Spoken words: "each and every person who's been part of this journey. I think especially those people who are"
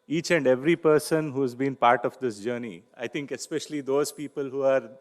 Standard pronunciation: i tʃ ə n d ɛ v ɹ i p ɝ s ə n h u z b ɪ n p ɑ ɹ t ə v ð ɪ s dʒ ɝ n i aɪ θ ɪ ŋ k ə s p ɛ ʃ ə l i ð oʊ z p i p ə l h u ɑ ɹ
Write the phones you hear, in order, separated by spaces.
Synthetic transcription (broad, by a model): i tʃ ə n d ɛ v ɹ i p ɝ s ə n h u z b ɪ n p ɑ ɹ t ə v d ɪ s dʒ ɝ n i aɪ t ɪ ŋ k ə s p ɛ ʃ ə l i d oʊ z p i p ə l h u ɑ ɹ